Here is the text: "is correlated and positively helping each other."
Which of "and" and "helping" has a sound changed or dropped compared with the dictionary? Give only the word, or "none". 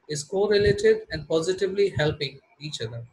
none